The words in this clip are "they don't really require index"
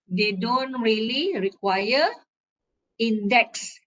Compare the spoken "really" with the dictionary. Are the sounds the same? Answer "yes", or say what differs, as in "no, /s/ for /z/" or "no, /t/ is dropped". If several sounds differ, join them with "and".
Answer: yes